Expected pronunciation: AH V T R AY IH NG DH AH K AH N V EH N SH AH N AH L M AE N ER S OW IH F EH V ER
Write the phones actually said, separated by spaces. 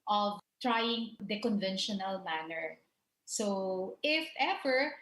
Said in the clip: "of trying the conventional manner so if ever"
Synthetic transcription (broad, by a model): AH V T R AY IH NG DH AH K AH N V EH N SH AH N AH L M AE N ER S OW IH F EH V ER